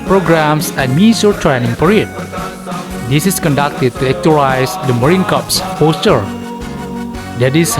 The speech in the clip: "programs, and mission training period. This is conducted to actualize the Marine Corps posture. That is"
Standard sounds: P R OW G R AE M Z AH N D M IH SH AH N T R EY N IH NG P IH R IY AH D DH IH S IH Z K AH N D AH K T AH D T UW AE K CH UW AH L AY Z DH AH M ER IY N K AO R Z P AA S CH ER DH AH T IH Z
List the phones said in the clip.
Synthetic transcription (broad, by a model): P R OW G R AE M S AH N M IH S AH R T R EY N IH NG P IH R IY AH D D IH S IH S K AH N D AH K T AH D T UW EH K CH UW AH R AY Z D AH M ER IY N K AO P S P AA S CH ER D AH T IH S